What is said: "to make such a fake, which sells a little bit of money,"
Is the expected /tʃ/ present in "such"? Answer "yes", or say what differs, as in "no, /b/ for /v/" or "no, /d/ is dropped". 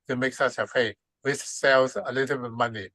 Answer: no, /s/ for /tʃ/